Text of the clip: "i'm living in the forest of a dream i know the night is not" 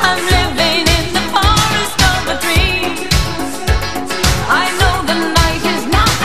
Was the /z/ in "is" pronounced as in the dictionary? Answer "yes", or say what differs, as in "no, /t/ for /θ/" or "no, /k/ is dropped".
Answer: yes